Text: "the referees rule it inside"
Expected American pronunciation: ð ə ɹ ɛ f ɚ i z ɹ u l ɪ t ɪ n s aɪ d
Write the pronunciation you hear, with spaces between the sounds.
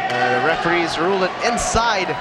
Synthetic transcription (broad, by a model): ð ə ɹ ɛ f ɚ i z ɹ u l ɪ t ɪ n s aɪ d